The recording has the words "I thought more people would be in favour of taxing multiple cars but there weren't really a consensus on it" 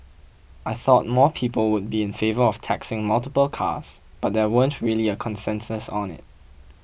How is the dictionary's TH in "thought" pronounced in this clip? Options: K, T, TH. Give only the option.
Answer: TH